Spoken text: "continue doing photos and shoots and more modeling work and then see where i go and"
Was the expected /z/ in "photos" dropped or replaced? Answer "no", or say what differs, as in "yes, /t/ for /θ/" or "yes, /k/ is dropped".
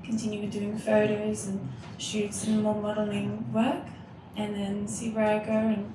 no